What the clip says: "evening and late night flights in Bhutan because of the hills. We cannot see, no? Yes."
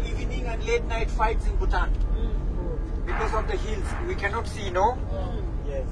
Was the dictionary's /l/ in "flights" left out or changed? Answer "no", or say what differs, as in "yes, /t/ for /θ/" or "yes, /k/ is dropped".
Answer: yes, /l/ is dropped